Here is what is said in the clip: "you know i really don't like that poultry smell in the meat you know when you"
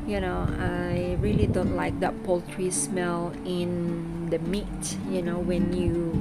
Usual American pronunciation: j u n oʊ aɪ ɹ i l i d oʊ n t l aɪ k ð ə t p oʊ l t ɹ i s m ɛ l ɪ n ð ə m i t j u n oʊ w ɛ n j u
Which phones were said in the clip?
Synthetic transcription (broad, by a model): j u n oʊ aɪ ɹ i l i d oʊ n t l aɪ k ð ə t p oʊ l t ɹ i s m ɛ l ɪ n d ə m i t j u n oʊ w ɛ n j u